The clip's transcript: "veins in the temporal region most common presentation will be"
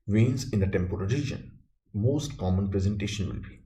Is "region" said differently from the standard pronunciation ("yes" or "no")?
no